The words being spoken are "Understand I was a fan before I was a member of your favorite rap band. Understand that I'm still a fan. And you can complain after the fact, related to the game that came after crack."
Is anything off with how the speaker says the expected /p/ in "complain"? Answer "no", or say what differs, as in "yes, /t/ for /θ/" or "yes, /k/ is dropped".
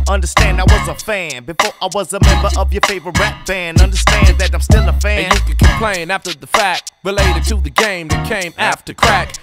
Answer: no